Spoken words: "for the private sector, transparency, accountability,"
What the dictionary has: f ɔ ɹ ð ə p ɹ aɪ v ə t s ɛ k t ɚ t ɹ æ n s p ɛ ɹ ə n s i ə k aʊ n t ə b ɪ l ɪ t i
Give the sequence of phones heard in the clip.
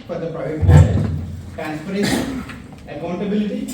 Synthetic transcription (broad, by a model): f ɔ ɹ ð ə p ɹ aɪ v ə t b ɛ t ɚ t ɹ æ n s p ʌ ɹ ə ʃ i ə k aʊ n t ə b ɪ l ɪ t i